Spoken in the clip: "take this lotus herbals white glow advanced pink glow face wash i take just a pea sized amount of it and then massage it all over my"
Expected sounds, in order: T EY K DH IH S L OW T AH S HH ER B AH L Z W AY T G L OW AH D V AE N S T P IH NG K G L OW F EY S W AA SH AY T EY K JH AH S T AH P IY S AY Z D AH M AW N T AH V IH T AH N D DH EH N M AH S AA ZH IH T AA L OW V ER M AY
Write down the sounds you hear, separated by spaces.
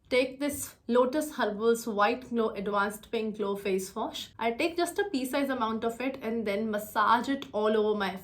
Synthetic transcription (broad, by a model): T EY K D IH S L OW T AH S HH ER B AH L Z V AY T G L OW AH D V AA N S T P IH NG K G L OW F EY S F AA SH AY T EY K JH AH S T AH P IY S AY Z AH M AW N T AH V IH T AH N D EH N M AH S AA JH IH T AA L OW V ER M AY